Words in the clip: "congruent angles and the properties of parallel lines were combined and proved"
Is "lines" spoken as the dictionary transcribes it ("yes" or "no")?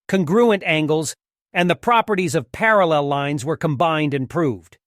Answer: yes